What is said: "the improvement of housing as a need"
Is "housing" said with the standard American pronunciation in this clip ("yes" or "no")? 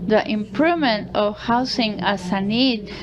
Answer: no